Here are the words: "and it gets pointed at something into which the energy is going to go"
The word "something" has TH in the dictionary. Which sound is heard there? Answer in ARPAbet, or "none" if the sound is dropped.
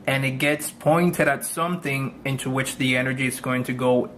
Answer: TH